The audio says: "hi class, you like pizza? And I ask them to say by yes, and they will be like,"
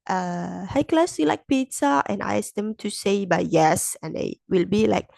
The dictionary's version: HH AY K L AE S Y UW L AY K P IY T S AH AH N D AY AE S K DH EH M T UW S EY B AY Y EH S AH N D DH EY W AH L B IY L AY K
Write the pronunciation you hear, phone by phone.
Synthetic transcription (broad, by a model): HH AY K L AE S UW L AY K P IY T S AH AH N AY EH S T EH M T UW S EY B AY Y EH S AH N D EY W AH L B IY L AY K